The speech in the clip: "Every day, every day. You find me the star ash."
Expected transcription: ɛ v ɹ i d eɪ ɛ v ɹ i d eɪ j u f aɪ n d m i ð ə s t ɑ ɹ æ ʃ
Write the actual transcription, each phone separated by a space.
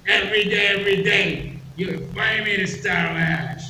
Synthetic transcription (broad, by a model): ɛ v ɹ i d eɪ ɛ v ɹ i d eɪ j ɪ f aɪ d m i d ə s t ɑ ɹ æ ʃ